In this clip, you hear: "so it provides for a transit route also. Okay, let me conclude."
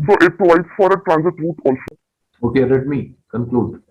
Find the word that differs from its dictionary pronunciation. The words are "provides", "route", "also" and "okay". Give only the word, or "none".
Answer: provides